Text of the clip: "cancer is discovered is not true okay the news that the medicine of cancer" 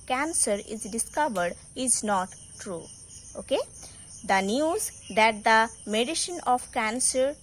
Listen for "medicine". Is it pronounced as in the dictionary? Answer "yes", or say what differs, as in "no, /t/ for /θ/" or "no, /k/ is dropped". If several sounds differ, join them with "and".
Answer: no, /ʃ/ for /s/